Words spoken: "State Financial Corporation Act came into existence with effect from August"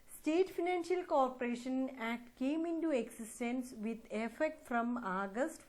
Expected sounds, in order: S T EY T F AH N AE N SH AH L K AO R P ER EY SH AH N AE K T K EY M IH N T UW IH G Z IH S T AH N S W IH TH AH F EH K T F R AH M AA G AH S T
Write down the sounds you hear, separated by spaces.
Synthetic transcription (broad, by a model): S T EY T F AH N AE N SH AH L K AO R P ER EY SH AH N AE T K EY M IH N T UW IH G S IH S T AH N S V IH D AH F EH K T F R AH M AA G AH S T